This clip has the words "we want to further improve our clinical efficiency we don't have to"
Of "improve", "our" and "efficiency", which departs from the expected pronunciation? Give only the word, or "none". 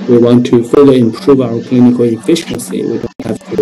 none